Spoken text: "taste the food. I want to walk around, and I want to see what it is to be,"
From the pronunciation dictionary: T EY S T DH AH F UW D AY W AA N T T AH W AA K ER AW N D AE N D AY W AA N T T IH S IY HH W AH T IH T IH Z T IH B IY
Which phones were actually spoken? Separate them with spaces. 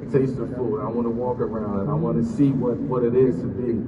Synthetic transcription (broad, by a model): T EY S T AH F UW AY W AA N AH W AA K ER AW N D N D AY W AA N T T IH S IY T W AH T IH T IH Z T IH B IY